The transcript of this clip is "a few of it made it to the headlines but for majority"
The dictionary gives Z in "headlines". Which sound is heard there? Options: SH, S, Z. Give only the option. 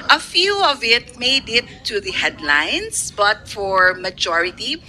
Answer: S